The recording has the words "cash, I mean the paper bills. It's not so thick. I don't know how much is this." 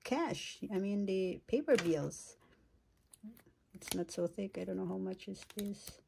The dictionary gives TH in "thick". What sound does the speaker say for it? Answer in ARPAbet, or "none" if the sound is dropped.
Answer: TH